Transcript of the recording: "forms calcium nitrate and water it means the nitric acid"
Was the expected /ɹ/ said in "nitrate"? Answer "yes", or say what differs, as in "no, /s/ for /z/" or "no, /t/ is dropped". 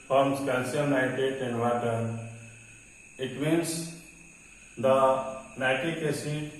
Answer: no, /ɹ/ is dropped